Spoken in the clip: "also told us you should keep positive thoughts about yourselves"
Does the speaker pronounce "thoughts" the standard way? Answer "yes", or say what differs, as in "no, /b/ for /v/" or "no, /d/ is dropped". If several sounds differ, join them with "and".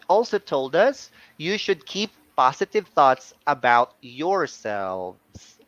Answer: yes